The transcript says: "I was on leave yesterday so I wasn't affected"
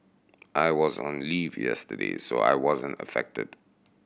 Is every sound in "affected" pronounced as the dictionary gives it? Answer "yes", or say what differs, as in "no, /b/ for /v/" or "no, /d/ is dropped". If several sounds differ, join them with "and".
yes